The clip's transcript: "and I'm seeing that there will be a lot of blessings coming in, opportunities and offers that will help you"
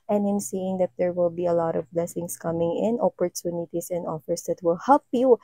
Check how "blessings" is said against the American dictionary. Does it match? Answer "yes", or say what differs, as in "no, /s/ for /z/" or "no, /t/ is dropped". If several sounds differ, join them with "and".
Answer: no, /s/ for /z/